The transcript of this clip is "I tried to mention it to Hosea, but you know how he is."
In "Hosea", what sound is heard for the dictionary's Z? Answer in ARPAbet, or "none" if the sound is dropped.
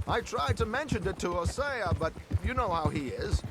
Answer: S